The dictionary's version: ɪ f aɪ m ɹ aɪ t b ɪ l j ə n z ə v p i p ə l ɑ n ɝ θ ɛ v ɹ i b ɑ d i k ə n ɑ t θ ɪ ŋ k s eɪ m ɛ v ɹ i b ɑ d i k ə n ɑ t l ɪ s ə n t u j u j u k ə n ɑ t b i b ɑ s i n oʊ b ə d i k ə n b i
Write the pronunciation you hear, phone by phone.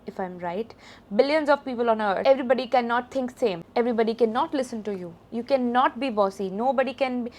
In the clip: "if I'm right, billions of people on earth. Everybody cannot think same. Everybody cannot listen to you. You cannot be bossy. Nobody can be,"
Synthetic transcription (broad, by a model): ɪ f aɪ m ɹ aɪ t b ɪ l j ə n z ə v p i p ə l ɑ n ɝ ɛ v ɹ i b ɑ d i k ə n ɑ t t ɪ ŋ k s eɪ m ɛ v ɹ i b ɑ d i k ə n ɑ t l ɪ s ə n t u j u j u k ə n ɑ t b i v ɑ s i n oʊ b ə d i k ə n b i